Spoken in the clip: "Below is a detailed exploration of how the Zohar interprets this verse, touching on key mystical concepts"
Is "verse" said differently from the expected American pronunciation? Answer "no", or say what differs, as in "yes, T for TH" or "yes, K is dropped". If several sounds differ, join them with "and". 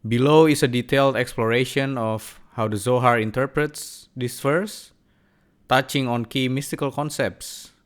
yes, F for V